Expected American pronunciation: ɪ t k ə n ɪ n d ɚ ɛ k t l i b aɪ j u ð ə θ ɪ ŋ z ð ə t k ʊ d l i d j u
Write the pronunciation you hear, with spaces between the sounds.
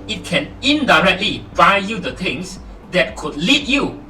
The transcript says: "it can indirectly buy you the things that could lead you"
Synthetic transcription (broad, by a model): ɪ t k ə n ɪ n d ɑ ɛ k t l i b aɪ j u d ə t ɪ ŋ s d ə t k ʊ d l i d j u